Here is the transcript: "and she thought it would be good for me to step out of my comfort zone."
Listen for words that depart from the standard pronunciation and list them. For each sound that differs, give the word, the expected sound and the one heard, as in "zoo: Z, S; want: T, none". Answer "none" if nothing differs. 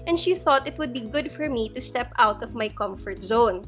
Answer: none